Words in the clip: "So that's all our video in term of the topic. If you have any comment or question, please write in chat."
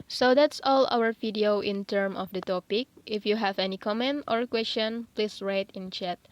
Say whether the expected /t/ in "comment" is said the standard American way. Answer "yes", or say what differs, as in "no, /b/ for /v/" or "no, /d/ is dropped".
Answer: yes